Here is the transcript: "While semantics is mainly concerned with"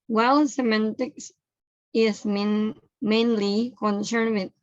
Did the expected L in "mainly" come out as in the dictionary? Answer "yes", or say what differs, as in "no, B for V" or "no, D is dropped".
yes